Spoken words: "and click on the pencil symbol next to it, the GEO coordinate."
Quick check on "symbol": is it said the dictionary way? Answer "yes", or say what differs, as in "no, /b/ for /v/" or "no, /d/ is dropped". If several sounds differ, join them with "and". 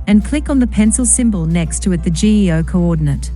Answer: yes